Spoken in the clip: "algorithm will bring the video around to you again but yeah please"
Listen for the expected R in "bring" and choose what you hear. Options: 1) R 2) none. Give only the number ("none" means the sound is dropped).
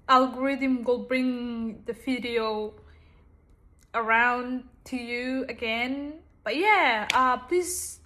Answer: 1